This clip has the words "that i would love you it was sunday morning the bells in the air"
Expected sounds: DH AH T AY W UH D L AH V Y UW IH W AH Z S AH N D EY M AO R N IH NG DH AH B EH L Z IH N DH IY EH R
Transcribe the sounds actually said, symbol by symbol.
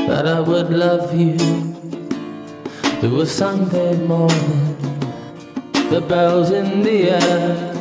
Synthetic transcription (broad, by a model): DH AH T AY W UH D L AH V Y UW IH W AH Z S AH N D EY M AO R IH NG DH AH B EH L Z IH N DH IY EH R